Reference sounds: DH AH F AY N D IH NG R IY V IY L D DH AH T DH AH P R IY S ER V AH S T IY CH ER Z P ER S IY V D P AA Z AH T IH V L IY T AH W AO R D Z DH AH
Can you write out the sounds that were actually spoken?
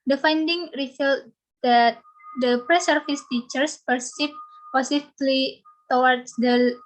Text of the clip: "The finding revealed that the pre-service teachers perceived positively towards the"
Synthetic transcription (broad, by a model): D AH F AY N D IH NG R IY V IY L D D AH T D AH P R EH S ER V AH S T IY CH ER S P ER S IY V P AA S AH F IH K L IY T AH W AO R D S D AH